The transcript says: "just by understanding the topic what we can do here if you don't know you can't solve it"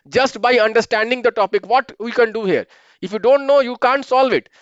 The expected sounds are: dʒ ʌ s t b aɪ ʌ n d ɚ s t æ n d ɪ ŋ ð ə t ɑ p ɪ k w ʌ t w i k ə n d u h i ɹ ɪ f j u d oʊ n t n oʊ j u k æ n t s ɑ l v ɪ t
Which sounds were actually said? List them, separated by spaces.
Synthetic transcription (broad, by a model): dʒ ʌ s t b aɪ ʌ n d ɚ s t æ n d ɪ ŋ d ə t ɑ p ɪ k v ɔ t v i k ə n d u h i ɹ ɪ f j u d oʊ n t n oʊ j u k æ n t s ɑ l v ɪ t